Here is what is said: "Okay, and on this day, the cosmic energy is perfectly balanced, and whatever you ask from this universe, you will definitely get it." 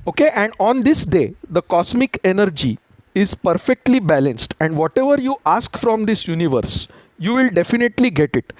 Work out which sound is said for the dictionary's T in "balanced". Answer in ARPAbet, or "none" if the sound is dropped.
T